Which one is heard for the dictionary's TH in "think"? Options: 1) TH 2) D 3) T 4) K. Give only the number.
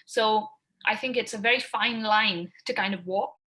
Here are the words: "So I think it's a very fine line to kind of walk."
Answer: 1